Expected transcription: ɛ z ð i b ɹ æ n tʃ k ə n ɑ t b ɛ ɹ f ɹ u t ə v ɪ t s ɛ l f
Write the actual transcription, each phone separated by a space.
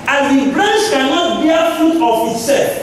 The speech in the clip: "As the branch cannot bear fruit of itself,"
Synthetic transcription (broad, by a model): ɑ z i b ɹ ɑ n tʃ k ə n ɑ t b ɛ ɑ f u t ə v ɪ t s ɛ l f